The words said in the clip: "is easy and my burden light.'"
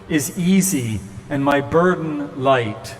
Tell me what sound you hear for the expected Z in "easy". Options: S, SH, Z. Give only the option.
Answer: Z